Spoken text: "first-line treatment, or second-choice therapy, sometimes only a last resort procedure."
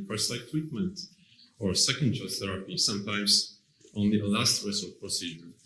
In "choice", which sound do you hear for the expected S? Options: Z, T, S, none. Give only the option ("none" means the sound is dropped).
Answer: none